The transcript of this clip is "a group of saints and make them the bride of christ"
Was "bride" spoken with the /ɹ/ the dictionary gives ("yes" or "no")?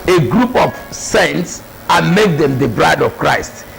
yes